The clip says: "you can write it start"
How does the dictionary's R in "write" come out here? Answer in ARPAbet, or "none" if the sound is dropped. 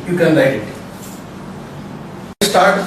L